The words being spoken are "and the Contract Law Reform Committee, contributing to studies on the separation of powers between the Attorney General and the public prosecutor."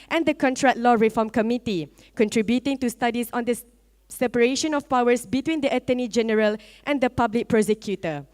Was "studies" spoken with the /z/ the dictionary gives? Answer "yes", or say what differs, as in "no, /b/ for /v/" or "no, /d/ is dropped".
no, /s/ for /z/